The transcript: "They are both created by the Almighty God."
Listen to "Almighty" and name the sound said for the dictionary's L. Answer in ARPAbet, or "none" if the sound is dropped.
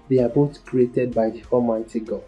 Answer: none